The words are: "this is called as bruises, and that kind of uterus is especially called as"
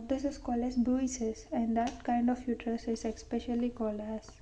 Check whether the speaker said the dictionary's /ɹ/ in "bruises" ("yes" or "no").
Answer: no